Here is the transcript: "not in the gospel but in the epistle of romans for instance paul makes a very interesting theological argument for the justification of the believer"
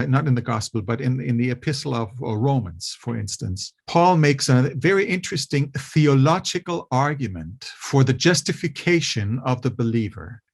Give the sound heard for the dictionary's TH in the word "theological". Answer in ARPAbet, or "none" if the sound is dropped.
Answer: TH